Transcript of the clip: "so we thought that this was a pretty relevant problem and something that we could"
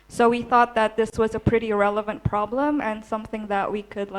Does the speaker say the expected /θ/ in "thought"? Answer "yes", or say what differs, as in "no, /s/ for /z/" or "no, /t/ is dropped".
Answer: yes